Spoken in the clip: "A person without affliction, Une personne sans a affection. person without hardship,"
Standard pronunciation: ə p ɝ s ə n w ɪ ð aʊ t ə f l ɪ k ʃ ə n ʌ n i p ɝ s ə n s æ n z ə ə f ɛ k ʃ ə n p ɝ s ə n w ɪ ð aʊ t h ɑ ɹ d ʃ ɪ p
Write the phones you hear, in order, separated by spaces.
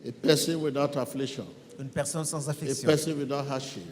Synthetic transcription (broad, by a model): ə p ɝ s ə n w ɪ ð aʊ t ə f l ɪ k ʃ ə n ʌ n p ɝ s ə n s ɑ z ə f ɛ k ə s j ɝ s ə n w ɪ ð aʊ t h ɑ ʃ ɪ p